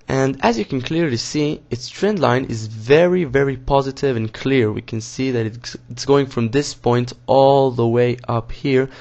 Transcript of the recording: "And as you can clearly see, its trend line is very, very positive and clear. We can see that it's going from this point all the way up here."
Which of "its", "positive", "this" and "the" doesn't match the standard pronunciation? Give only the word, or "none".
none